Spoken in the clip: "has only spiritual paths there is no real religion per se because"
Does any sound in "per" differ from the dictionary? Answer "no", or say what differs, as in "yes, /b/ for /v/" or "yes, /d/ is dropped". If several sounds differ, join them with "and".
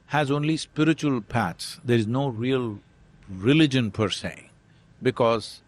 no